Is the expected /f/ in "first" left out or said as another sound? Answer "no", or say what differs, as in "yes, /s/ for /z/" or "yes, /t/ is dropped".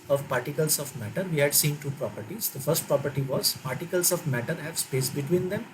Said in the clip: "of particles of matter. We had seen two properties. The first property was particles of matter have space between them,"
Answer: no